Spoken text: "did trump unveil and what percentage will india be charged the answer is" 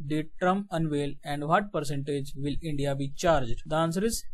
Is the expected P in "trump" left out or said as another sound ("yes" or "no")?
yes